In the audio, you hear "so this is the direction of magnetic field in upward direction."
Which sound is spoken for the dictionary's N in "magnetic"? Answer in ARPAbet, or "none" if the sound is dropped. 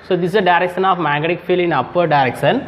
none